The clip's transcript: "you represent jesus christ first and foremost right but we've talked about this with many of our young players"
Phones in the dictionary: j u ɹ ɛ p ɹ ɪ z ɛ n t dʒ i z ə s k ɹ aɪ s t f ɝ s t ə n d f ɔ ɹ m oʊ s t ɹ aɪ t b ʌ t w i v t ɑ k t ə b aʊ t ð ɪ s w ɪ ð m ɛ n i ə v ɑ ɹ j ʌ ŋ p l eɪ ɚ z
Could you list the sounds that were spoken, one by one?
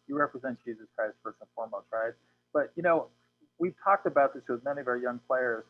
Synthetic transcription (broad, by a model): j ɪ ɹ ɛ p ɹ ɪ z ɛ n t dʒ i z ə s k ɹ aɪ s t f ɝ s ə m f ɔ ɹ m oʊ s t ɹ aɪ t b ʌ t w i v t ɑ k t ə b aʊ t ð ɪ s w ɪ ð m ɛ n i ə v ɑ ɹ j ʌ ŋ p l eɪ ɚ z